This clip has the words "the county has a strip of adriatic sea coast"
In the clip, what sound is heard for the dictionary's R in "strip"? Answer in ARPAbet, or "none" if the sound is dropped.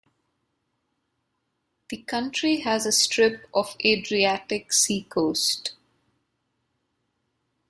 R